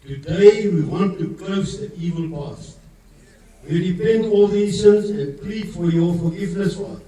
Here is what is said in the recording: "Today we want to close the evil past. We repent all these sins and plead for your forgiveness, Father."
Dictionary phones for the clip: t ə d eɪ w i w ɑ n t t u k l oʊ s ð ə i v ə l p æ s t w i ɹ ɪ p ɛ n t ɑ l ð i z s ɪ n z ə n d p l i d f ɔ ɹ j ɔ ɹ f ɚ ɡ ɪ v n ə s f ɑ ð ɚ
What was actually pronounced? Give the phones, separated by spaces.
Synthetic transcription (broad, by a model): t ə d eɪ w i w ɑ n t t u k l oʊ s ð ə i v ə l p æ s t w i ɹ ɪ p ɛ n t ɑ l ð i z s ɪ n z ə n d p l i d f ɔ ɹ j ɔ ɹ f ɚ ɡ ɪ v n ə s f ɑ